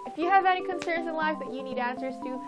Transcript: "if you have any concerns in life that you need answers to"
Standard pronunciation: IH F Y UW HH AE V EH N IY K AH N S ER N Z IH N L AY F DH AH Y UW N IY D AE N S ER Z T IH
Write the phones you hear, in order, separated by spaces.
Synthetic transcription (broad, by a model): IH F Y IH V EH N IY K AH N S ER N Z IH N L AY F DH AH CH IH N IY D AE N S ER Z T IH